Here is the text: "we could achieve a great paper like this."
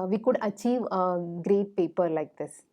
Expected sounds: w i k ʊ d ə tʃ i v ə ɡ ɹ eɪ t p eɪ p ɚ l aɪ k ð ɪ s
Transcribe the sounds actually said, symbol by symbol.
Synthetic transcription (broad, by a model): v i k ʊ d ə tʃ i v ɡ ɹ eɪ t p eɪ p ɚ l aɪ k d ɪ s